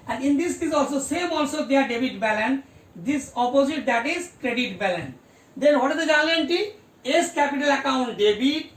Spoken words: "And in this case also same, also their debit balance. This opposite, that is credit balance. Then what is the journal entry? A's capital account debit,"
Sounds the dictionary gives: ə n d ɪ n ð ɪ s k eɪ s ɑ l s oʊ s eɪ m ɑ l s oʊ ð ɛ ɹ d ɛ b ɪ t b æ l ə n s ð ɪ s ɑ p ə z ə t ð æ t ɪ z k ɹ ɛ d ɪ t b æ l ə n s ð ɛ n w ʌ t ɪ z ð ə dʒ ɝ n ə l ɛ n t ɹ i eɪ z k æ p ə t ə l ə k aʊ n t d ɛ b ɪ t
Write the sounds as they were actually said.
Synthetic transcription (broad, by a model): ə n d ɪ n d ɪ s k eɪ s ɑ l s oʊ s eɪ m ɑ l s oʊ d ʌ ɹ d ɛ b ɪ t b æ l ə n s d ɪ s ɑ p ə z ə t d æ t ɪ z k ɹ ɛ d ɪ t b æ l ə n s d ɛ n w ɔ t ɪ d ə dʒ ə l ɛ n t i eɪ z k æ p ə t ə l ə k aʊ n t d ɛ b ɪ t